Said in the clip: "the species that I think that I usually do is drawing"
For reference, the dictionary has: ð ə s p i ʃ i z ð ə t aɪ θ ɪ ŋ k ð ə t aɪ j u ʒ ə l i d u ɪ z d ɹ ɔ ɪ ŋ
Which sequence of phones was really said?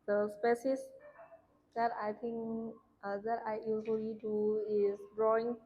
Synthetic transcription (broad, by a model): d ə s p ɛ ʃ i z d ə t aɪ t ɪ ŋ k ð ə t aɪ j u z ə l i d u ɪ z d ɹ ɔ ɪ ŋ